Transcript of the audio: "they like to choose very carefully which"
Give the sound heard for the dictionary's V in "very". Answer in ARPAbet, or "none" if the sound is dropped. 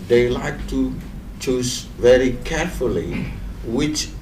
V